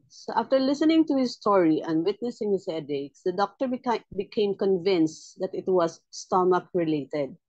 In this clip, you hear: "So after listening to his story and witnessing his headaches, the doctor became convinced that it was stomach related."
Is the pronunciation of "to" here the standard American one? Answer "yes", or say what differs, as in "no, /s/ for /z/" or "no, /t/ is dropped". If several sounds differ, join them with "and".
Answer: yes